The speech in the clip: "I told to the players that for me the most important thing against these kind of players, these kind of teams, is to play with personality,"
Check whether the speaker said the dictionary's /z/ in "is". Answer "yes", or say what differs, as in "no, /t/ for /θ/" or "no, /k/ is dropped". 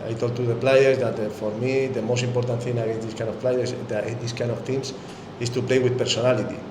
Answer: no, /s/ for /z/